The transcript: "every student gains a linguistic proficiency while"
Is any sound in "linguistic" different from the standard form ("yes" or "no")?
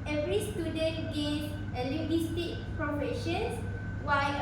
yes